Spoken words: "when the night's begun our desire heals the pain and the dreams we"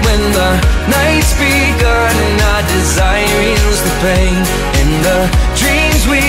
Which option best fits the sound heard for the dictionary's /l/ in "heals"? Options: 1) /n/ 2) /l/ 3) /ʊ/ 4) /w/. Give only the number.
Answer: 1